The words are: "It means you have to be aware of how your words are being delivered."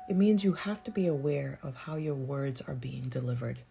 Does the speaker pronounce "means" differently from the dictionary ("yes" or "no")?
no